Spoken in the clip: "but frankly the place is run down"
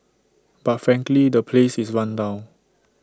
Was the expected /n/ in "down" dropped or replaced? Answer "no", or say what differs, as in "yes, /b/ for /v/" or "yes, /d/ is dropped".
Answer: yes, /n/ is dropped